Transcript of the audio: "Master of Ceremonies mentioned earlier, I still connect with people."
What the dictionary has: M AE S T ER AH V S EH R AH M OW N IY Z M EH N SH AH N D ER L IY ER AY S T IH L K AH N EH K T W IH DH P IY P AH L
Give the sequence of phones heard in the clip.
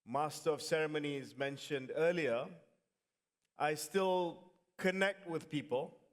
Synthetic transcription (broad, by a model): M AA S T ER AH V S EH R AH M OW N IY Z M EH N SH AH N D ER L IY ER AY S T IH L K AH N EH K T W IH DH P IY P AH L